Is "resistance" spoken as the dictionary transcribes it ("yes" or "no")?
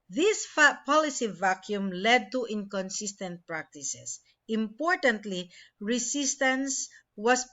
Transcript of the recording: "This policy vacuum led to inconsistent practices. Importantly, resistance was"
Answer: no